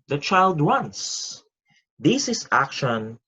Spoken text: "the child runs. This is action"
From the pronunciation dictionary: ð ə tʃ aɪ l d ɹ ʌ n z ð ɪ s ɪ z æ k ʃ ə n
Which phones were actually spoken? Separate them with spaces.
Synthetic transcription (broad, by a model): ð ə tʃ aɪ l d w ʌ n s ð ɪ s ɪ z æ k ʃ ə n